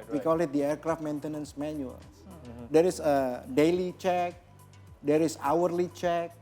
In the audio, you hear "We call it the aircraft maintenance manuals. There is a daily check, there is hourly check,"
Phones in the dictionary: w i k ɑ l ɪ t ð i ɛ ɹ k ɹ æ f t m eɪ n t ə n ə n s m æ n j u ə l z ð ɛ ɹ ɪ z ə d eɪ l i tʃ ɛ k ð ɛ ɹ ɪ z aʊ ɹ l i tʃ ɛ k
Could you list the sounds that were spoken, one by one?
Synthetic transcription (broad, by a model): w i k ɑ l ɪ t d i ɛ ɹ k ɹ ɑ f t m eɪ n t ə n ə n s m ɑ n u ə l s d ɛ ɹ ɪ s ə d eɪ l i tʃ ɛ k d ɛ ɹ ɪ s aʊ ɹ l i tʃ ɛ k